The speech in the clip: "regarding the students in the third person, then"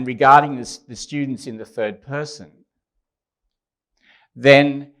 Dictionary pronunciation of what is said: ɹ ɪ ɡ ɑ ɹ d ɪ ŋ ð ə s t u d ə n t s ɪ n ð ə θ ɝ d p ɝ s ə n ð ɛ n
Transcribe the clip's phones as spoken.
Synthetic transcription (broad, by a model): ɹ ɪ ɡ ɑ ɹ d ɪ ŋ ð ə s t u d n t s ɪ n ð ə θ ɝ d p ɝ s ə n ð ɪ n